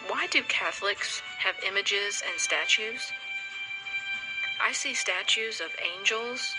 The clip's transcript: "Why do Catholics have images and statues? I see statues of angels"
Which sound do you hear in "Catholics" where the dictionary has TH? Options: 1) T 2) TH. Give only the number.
2